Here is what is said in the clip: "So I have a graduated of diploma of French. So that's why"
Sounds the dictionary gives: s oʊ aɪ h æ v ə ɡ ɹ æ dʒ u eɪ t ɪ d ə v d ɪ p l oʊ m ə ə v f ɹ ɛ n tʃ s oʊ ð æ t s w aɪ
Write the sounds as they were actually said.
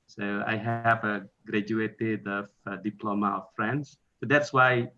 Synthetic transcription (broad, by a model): s oʊ aɪ h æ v ə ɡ ɹ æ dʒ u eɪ t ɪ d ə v d ɪ p l oʊ m ə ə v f ɹ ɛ n s s oʊ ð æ t s w aɪ